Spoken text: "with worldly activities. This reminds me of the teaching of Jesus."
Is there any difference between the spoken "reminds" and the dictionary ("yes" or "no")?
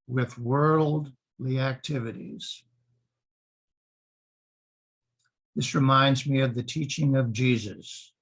no